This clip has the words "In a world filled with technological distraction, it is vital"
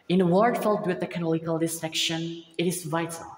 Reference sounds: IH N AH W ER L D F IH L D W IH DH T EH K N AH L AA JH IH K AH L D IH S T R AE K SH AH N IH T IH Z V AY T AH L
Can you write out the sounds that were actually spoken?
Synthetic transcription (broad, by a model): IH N AH W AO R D F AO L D W IH DH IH K AH N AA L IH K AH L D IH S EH K SH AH N IH T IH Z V AY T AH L